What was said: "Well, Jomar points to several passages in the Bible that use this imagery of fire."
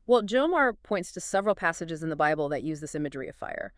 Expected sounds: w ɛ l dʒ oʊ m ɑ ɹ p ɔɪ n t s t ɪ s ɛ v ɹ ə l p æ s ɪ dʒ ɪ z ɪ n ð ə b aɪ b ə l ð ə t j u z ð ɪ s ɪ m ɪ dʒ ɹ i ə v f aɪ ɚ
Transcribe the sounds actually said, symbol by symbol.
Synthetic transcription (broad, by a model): w ɛ l dʒ oʊ m ɑ ɹ p ɔɪ n t s t ɪ s ɛ v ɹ l p æ s ɪ dʒ ɪ z ɪ n ð ə b aɪ b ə l ð ə t j u z ð ɪ s ɪ m ɪ dʒ ɹ i ə v f aɪ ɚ